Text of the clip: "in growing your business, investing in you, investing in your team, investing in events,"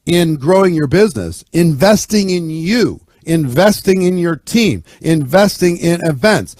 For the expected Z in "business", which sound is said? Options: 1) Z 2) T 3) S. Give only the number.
1